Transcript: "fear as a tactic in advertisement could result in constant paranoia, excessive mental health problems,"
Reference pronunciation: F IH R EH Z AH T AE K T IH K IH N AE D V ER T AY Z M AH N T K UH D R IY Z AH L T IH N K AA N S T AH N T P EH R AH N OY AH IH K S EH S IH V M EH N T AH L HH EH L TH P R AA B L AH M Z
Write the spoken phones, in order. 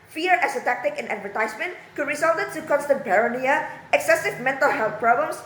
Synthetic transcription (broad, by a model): F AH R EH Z AH T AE K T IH K IH N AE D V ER T AY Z M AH N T K UH D R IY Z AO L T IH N K AA N S T AH N T B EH R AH N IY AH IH K S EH S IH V M EH N T AH L HH EH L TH P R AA B L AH M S